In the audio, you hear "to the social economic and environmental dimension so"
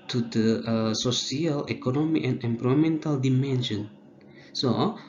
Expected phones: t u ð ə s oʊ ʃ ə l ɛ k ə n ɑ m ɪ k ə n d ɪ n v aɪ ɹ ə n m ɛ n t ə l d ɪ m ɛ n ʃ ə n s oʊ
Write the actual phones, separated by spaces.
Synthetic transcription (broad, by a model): t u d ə s oʊ s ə l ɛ k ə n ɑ m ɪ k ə n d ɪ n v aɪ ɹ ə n m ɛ n t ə l d ɪ m ɛ n ʃ ə n s oʊ